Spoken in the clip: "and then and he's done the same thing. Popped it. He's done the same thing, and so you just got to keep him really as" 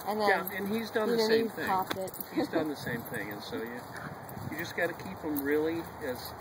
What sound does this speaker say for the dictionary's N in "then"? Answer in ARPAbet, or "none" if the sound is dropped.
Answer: none